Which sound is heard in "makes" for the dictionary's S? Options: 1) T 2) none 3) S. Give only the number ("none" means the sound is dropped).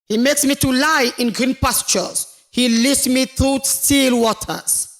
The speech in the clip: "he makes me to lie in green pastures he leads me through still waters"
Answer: 3